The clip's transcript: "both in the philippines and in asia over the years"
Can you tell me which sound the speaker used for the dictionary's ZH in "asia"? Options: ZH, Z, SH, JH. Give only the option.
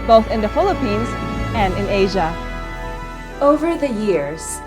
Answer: ZH